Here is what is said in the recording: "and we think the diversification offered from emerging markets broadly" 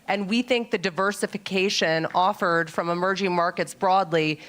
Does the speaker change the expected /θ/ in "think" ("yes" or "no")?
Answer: no